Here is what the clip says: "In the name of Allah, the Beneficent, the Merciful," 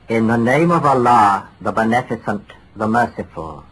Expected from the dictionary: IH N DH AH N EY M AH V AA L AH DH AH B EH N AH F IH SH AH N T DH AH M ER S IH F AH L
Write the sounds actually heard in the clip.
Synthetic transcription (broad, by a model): IH N DH AH N EY M AH V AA L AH DH AH B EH N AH F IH S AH N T DH AH M ER S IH F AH L